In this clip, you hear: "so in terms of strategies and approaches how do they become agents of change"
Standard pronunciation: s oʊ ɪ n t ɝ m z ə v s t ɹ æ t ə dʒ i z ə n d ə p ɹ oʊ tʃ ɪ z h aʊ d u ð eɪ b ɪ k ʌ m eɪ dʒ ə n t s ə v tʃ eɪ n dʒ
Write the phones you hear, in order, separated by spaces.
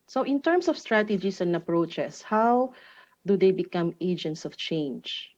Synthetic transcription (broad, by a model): s oʊ ɪ n t ɝ m s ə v s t ɹ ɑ t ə dʒ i s ə n d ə p ɹ oʊ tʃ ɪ s h aʊ d u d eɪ b ɪ k ʌ m eɪ dʒ ə n t s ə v tʃ eɪ n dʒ